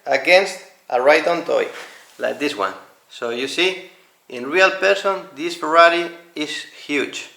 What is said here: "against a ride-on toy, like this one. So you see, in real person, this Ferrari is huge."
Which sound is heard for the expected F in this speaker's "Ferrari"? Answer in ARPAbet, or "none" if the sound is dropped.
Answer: P